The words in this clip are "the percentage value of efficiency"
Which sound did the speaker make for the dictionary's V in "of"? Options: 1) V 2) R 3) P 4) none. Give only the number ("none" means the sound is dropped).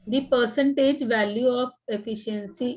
3